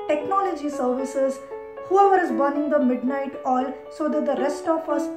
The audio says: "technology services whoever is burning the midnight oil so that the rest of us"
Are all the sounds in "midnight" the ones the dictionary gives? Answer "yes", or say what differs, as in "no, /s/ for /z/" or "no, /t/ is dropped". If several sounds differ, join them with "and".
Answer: yes